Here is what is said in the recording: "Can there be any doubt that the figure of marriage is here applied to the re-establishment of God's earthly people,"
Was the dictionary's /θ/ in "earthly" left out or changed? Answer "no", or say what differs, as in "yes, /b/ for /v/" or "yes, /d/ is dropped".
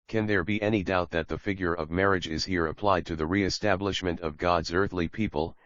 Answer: no